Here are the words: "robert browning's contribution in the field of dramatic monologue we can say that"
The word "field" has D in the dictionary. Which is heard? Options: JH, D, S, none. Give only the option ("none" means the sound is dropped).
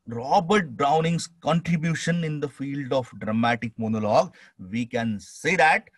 D